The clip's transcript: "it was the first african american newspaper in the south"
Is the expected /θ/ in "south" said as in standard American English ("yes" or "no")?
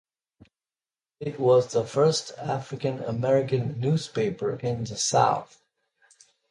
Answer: yes